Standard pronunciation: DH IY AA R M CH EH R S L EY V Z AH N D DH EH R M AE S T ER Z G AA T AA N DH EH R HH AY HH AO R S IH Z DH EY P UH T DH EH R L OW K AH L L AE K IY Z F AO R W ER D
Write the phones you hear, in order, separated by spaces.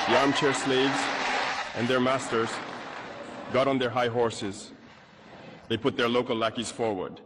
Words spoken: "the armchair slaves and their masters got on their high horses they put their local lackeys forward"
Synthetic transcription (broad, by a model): DH IY AA R M CH EH R S L EY V Z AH N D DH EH R M AE S T ER Z G AA T N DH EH R HH AY HH AO R S IH Z DH EY P UH T DH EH R L OW K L L AE K IY Z F AO R W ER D